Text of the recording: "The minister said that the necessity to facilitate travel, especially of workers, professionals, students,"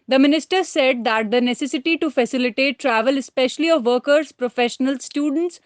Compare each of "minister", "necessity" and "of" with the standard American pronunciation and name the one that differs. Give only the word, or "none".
none